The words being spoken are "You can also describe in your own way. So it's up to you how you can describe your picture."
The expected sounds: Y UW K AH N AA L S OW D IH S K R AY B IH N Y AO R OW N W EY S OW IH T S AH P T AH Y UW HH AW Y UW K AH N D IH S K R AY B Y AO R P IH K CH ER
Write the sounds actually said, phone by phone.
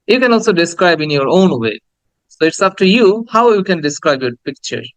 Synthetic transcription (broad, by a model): Y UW K AH N AA L S OW D IH S K R AY B IH N Y AO R OW N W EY S OW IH T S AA F T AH Y UW HH AW Y UW K AH N D IH S K R AY B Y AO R P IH K CH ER